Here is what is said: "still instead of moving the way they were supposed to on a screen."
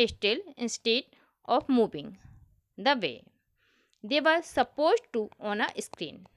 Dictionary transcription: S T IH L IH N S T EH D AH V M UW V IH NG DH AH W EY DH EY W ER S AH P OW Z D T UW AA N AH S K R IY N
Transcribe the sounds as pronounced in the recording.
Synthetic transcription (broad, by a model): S T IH L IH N S T EH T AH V M UW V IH NG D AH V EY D EY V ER S AH P OW Z D T UW AA N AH S K R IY N